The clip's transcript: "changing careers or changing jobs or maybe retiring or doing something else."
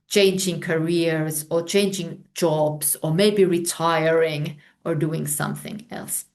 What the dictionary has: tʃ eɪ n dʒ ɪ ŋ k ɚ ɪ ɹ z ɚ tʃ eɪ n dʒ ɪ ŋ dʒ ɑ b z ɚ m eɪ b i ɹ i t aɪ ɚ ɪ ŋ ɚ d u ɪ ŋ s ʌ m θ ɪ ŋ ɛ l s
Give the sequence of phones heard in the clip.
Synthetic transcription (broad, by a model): tʃ eɪ n dʒ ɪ ŋ k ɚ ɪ ɹ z ɚ tʃ eɪ n dʒ ɪ ŋ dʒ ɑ b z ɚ m eɪ b i ɹ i t aɪ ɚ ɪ ŋ ɚ d u ɪ ŋ s ʌ m θ ɪ ŋ ɛ l s